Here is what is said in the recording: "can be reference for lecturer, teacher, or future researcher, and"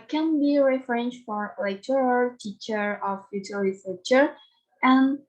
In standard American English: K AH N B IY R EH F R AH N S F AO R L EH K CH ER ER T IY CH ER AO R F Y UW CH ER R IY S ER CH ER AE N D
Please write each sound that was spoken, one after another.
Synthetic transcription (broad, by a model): K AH N B IY R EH F R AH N SH F AO R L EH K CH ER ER T IY CH ER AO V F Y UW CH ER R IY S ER CH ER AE N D